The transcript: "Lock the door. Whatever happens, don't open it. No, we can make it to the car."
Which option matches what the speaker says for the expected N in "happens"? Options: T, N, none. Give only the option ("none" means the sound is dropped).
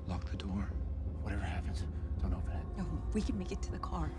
N